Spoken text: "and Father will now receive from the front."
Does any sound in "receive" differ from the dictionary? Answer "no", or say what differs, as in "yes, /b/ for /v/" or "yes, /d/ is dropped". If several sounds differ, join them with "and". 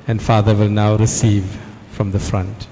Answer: no